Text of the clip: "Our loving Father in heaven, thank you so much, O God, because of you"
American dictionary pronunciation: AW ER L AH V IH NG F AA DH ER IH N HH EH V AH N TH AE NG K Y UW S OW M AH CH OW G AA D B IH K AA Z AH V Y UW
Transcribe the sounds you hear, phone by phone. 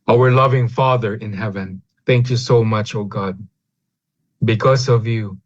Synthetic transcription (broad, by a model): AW ER L AH V IH NG F AA DH ER IH N HH EH V AH N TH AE NG K Y UW S OW M AH CH OW G AA D B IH K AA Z AH V Y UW